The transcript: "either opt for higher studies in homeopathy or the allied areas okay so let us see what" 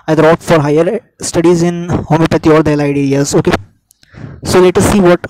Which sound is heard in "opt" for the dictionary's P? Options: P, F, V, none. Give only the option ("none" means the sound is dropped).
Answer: none